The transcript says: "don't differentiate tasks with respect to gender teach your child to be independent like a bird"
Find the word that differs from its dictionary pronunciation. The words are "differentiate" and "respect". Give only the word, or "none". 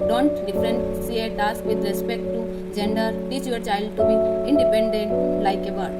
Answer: differentiate